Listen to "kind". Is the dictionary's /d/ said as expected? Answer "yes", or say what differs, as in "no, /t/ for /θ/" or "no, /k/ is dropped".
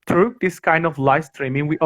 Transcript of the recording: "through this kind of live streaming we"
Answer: yes